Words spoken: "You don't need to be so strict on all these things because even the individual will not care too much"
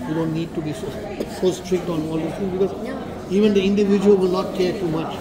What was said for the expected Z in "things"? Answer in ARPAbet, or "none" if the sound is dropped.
none